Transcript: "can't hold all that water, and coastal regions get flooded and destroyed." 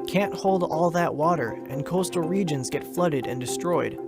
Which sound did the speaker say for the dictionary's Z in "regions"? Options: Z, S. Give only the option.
Z